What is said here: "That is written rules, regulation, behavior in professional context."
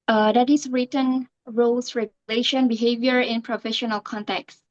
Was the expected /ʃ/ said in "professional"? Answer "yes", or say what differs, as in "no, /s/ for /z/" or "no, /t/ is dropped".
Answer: yes